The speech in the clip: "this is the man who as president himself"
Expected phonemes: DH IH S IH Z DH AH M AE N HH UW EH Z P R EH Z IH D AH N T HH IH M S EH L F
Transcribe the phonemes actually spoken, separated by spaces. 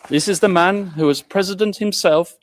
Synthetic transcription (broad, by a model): DH IH S IH Z DH AH M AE N HH UW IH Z P R EH Z IH D AH N T HH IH M S EH L F